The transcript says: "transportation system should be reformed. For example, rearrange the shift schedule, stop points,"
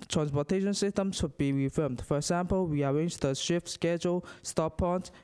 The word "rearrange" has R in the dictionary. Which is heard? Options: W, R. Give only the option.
W